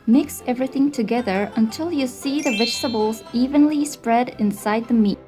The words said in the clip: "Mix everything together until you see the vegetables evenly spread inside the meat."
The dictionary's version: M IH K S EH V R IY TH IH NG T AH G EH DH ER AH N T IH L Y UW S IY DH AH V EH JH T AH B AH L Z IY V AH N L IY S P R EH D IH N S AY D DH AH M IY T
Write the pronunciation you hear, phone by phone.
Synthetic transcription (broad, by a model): M IH K S EH V R IY TH IH NG T AH G EH DH ER AH N T IH L Y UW S IY DH AH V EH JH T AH B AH L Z IY V AH N L IY S P R EH D IH N S AY D DH AH M IY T